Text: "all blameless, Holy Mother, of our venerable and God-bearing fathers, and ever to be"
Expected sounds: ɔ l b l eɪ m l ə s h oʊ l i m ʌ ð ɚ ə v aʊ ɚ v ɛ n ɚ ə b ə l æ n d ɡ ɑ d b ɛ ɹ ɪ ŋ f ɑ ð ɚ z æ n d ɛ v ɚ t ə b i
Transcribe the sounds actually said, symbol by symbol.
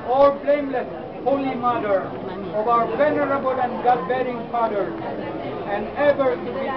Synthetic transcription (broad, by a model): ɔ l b l eɪ m l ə s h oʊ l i m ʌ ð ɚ ə v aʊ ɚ v ɛ n ɚ ə b ə l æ n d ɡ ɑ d b ɛ ɹ ɪ ŋ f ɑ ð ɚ æ n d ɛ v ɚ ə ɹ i